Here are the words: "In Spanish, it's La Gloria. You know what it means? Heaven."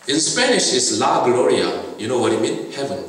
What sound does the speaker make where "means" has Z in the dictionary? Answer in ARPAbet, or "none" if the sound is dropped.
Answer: none